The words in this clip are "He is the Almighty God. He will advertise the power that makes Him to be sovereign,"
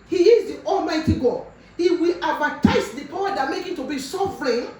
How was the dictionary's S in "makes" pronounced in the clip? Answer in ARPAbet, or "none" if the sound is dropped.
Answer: none